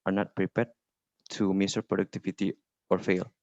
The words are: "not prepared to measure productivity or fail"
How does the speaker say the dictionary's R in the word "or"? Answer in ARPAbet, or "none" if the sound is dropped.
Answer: R